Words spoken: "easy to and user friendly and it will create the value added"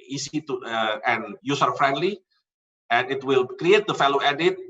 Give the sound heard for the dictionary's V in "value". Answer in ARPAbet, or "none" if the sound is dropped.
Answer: F